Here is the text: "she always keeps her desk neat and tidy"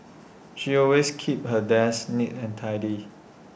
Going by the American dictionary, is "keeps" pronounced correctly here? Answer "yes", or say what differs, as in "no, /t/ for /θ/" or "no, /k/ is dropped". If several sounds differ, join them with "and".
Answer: no, /s/ is dropped